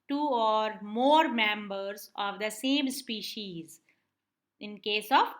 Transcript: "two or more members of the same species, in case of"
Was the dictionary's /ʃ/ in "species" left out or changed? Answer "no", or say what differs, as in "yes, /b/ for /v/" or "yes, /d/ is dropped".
no